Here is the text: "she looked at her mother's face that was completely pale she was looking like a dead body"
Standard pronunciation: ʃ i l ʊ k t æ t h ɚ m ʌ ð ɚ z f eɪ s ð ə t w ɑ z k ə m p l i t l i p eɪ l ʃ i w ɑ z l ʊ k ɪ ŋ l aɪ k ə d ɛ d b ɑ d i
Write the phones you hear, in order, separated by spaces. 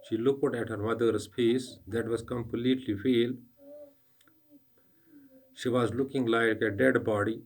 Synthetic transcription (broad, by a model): ʃ i l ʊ k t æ t h ɚ m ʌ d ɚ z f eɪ s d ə t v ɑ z k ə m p l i t l i f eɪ l ʃ i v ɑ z l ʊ k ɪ ŋ l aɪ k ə d ɛ d b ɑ d i